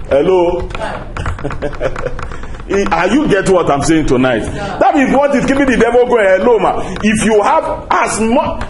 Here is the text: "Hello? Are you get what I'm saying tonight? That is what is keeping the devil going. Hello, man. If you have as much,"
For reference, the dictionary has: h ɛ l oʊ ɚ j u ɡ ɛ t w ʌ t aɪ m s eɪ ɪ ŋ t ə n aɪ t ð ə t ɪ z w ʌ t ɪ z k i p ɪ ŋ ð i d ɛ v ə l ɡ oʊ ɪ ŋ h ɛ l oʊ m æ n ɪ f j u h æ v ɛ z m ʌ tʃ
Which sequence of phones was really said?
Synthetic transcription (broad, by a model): h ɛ l oʊ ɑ j u ɡ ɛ t w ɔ t aɪ m s eɪ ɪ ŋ t ə n aɪ t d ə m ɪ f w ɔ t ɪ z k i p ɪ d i d ɛ v ə l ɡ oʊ h ɛ l oʊ m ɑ ɪ f j u h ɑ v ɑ s m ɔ